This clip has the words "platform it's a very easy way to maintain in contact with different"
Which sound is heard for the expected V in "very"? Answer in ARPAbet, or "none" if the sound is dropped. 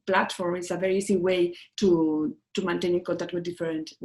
V